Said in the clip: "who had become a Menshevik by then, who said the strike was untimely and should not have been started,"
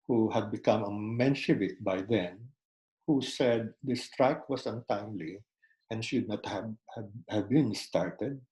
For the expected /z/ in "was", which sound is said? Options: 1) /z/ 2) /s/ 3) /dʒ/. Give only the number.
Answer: 2